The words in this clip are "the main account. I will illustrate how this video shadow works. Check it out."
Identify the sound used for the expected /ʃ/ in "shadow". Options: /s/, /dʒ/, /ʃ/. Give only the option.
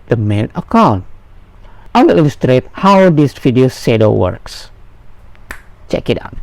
/s/